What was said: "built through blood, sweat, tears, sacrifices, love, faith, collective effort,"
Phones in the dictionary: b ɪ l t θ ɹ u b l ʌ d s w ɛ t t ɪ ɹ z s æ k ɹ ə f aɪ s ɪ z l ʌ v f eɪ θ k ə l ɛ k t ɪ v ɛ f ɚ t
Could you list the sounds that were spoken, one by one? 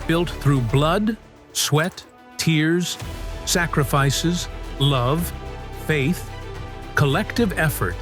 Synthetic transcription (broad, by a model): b ɪ l t θ ɹ u b l ʌ d s w ɛ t t ɪ ɹ z s æ k ɹ ə f aɪ s ɪ z l ʌ v f eɪ θ k ə l ɛ k t ɪ v ɛ f ɚ t